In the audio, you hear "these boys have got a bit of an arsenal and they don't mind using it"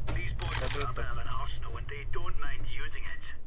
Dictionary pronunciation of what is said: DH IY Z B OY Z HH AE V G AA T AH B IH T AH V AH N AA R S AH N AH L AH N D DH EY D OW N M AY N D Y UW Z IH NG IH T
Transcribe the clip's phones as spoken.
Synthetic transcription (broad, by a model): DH IY Z B OY Z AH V AH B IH AH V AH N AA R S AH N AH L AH N DH EY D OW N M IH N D Y UW Z IH NG IH T